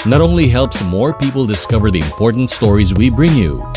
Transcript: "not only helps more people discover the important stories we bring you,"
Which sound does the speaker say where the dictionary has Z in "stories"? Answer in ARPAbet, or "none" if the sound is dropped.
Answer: Z